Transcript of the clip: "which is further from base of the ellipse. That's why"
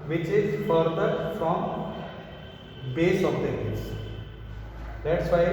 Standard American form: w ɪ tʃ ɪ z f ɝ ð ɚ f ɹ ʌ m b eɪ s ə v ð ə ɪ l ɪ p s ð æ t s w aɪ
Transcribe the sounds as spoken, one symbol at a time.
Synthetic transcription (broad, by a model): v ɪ tʃ ɪ z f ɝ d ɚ f ɹ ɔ m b eɪ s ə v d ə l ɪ s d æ t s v aɪ